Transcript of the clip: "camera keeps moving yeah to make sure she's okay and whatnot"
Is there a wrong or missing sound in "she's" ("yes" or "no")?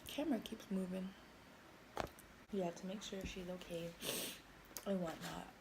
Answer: no